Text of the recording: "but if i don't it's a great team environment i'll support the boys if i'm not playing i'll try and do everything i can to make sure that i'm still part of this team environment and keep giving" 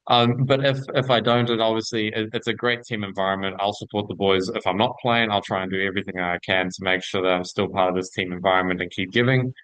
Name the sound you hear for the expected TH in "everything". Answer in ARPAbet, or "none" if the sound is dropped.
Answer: TH